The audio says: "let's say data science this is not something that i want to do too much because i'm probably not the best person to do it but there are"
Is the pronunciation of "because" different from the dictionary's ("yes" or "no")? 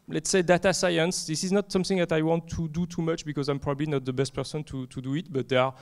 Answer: no